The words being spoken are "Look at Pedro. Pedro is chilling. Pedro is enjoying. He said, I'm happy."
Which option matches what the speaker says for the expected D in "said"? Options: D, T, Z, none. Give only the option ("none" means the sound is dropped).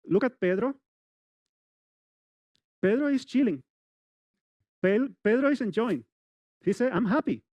none